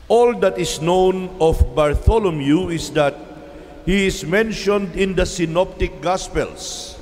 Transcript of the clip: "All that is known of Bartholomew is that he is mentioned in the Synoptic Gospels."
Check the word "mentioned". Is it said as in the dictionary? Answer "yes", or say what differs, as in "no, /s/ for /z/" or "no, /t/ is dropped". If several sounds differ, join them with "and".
yes